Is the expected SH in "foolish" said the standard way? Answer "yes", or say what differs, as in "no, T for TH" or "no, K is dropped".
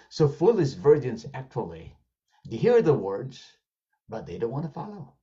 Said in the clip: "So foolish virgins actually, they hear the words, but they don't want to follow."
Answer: no, S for SH